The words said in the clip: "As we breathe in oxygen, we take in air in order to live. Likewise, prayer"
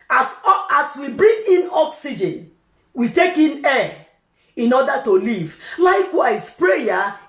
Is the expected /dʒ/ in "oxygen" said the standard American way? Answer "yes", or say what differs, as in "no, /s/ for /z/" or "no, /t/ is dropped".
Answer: yes